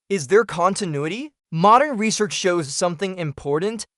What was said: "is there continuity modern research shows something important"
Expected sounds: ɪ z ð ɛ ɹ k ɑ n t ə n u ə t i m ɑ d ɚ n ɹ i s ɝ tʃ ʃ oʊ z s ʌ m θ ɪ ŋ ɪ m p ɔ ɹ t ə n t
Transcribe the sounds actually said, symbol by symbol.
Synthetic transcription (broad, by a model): ɪ z ð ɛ ɹ k ɑ n t ə n u ə t i m ɑ d ɚ n ɹ i s ɝ tʃ ʃ oʊ z s ʌ m θ ɪ ŋ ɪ m p ɔ ɹ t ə n t